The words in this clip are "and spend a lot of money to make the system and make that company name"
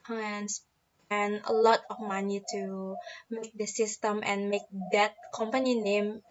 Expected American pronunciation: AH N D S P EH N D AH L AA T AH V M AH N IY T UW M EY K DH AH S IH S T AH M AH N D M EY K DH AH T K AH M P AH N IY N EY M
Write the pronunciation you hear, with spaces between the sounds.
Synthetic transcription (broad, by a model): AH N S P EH N AH L AA T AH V M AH N IY T UW M EY K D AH S IH S T AH M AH N M EY K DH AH T K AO M P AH N IY N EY M